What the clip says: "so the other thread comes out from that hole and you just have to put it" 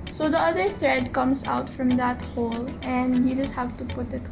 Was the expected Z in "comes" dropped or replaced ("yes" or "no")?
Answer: yes